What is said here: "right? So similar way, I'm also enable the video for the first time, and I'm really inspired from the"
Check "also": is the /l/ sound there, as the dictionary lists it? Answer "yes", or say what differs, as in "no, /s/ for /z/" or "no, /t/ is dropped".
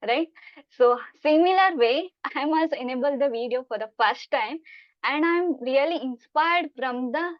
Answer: no, /l/ is dropped